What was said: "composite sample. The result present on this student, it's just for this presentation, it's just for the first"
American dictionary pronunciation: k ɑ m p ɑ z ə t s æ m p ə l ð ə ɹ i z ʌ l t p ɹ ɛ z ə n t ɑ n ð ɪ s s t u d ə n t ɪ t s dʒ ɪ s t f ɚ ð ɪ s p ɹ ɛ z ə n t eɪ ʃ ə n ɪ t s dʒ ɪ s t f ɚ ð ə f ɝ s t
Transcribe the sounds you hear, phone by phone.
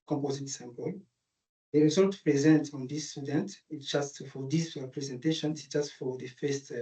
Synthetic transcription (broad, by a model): k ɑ m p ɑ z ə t s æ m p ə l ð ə ɹ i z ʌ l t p ɹ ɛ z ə n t ɑ n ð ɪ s s t u d ə n t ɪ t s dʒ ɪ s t f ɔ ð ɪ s p ɹ ɛ z ə n t eɪ ʃ ə n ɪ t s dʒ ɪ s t f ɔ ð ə f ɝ s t